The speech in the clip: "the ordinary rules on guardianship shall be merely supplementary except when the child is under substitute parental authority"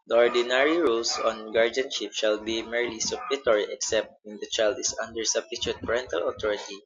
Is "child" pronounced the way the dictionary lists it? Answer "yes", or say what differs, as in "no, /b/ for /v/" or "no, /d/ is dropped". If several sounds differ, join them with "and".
yes